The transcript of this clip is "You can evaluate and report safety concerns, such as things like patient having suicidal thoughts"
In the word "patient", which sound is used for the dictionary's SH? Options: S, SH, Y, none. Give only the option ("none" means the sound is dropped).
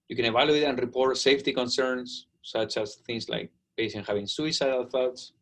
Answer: S